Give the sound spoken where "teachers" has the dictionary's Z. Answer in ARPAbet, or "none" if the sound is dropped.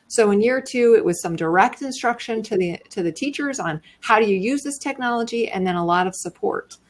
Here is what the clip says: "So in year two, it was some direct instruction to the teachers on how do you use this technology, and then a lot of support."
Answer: Z